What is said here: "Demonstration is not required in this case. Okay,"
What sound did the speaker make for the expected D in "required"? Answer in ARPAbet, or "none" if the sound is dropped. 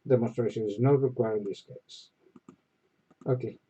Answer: none